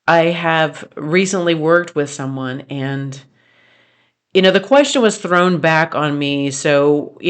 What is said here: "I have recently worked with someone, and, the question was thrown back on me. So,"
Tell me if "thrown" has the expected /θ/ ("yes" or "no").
yes